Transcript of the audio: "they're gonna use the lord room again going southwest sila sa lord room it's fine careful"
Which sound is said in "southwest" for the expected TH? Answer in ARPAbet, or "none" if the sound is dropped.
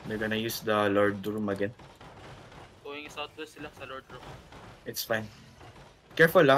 T